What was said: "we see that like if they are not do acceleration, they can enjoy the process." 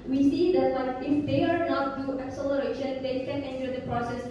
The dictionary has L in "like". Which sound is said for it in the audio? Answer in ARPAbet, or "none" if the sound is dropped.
W